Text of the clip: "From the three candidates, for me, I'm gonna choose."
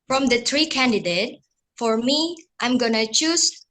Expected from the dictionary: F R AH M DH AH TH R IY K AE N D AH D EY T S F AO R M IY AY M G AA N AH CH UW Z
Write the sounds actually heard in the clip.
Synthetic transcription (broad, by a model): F R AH M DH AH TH R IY K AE N D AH D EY T F AO R M IY AY M G AA N AH CH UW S